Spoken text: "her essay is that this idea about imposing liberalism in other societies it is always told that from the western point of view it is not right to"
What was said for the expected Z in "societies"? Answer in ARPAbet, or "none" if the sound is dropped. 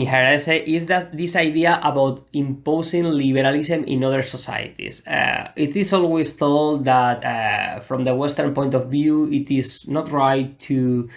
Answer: S